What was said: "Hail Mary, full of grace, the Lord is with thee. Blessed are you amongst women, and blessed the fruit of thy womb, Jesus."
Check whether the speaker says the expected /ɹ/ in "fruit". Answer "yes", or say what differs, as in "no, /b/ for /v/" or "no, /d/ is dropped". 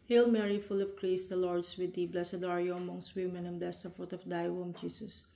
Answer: no, /ɹ/ is dropped